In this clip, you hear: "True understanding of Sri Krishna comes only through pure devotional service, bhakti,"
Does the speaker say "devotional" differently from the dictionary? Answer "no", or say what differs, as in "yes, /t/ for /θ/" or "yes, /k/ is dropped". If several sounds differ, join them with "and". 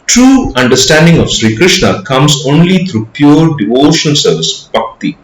yes, /n/ is dropped and /n/ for /l/